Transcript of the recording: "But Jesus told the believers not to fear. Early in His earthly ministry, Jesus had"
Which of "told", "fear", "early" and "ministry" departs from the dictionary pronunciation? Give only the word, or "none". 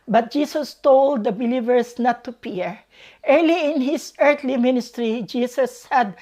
fear